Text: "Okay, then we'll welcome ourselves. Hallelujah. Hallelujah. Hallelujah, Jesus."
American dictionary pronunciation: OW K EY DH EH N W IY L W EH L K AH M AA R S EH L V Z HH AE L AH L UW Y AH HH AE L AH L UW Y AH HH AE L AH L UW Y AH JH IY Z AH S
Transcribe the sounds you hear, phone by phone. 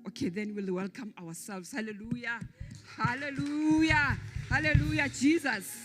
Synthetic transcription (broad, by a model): OW K EY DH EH N W IY L W EH L K AH M AA W S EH L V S HH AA L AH L UW Y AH HH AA L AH L UW Y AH HH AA L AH L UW Y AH JH IY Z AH S